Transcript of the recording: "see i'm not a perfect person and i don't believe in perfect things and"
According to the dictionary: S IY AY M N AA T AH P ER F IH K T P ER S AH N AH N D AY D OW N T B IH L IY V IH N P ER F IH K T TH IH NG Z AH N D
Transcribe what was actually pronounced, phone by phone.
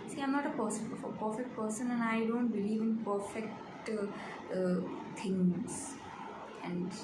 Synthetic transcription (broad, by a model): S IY AY M N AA T AH P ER F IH K T P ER S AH N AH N AY D OW N T B IH L IY V IH N P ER F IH K T T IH NG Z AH N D